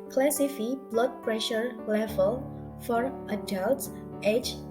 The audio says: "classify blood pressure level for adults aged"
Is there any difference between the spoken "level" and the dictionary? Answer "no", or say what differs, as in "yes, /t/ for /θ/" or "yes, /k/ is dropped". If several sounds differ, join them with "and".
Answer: yes, /f/ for /v/